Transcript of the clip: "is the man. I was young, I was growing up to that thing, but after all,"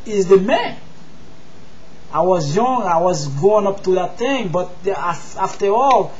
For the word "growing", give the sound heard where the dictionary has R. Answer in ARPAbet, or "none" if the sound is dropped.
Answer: none